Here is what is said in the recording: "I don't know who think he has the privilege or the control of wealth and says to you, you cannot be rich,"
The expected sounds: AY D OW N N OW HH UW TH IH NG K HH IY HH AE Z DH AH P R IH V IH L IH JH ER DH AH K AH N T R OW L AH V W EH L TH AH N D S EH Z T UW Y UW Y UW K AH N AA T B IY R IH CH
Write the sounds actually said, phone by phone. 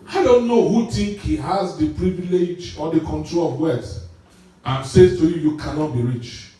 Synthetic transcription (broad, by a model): AY D OW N N OW HH UW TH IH NG K HH IY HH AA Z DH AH P R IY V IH L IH JH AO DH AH K AH N T R OW L AH V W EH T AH N S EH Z T UW Y UW Y UW K AH N AA T B IY R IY CH